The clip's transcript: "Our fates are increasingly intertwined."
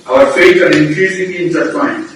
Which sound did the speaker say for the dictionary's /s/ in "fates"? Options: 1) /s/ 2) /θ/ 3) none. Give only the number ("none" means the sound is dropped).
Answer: 3